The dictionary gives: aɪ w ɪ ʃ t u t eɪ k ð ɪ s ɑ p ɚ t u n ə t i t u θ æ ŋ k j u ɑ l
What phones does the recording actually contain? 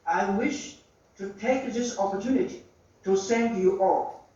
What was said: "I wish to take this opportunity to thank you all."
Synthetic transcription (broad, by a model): aɪ w ɪ ʃ t u t eɪ k ð ɪ s ɑ p ɚ t u n ə t i t u s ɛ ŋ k j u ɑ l